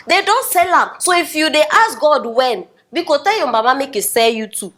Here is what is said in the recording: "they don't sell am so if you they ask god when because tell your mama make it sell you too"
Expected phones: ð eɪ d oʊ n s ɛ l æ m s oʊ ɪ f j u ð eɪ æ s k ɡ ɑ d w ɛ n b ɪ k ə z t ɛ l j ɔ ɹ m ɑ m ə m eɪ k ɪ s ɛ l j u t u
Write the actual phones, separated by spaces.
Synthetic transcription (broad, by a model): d eɪ d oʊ n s ɛ l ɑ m s oʊ ɪ f j u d eɪ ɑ s ɡ ɑ d w ɛ n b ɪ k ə t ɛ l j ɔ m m ɑ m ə m eɪ k ɪ s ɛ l j u t u